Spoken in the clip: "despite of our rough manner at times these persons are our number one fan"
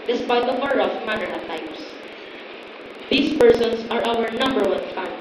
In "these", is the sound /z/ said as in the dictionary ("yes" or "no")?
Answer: no